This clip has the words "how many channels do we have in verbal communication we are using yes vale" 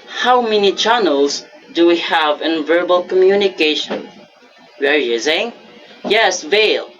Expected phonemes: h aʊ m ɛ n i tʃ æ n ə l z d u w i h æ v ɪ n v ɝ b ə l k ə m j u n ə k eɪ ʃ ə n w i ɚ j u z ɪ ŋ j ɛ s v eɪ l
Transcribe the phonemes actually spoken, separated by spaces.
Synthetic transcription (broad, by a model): h aʊ m ɛ n i tʃ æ n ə l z d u w i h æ v ɪ n v ɝ b ə l k ə m j u n ə k eɪ ʃ ə n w ɚ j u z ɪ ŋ j ɛ s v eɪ l